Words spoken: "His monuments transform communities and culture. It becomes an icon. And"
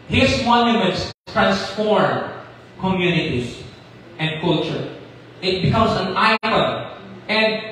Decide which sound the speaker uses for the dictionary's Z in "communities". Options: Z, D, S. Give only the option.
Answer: S